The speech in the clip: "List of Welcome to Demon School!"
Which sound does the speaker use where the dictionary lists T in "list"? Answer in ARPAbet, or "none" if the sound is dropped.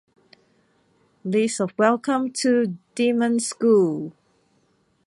none